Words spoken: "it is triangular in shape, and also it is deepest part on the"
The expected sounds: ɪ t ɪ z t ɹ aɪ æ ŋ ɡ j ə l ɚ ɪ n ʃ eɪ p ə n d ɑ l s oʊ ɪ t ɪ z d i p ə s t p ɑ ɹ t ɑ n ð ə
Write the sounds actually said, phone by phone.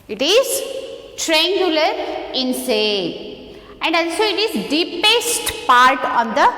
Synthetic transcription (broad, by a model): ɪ t ɪ z t ɹ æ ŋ ɡ j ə l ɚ ɪ n s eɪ ə n d ɑ l s oʊ ɪ t ɪ z d i p ə s t p ɑ ɹ t ɑ n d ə